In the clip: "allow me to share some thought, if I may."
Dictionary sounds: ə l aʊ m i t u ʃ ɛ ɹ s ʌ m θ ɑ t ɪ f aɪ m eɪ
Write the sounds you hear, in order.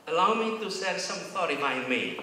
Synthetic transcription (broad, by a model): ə l aʊ m i t u s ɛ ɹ s ʌ m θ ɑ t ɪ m aɪ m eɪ